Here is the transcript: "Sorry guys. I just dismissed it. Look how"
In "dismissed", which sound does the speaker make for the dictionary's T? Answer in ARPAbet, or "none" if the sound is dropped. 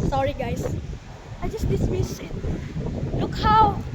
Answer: none